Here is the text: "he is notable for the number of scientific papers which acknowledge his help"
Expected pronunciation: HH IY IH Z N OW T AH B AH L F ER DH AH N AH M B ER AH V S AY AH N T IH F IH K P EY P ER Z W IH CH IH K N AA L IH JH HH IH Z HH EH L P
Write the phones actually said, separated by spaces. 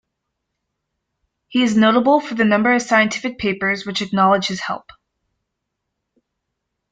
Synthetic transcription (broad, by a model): HH IY IH Z N OW T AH B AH L F ER DH AH N AH M B ER AH V S AY AH N T IH F IH K P EY P ER Z W IH CH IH K N AA L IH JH HH IH Z HH EH L P